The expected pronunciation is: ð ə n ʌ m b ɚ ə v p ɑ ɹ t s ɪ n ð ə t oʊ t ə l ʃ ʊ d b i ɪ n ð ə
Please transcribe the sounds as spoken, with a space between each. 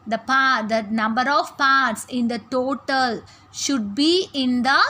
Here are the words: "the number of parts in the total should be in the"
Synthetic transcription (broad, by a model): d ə n ʌ m b ɚ ə v p ɑ ɹ t s ɪ n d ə t oʊ t ə l ʃ ʊ d b i ɪ n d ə